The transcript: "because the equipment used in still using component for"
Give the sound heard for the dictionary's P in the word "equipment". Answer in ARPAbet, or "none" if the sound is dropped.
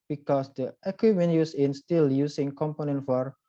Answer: none